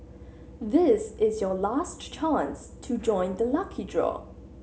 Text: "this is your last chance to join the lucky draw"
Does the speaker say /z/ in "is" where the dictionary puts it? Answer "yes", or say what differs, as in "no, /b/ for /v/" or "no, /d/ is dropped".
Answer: yes